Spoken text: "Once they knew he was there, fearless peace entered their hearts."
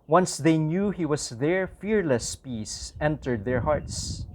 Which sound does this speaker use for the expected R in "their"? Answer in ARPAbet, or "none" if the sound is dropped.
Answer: R